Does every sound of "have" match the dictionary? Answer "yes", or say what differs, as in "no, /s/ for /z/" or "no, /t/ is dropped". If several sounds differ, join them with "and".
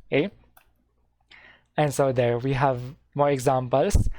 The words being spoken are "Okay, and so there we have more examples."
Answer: yes